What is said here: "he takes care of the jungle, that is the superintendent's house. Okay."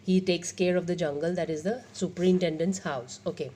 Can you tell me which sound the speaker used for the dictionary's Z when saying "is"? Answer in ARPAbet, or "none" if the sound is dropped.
Z